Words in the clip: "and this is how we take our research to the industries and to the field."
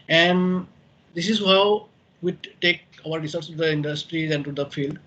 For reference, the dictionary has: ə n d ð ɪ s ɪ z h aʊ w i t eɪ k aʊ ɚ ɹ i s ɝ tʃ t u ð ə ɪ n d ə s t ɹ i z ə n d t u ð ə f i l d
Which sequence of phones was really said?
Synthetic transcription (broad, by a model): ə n d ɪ s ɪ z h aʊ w i t eɪ k aʊ ɚ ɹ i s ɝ s t u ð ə ɪ n d ə s t ɹ i z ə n t u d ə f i l d